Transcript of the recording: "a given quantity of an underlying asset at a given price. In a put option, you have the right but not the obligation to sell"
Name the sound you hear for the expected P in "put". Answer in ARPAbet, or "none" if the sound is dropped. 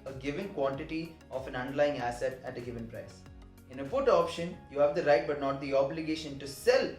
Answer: F